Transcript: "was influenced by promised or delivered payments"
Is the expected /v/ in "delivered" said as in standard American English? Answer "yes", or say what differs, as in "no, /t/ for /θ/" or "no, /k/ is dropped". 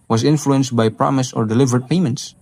yes